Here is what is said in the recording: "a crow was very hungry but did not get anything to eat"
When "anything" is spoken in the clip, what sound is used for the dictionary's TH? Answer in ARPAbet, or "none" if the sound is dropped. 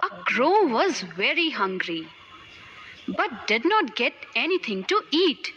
T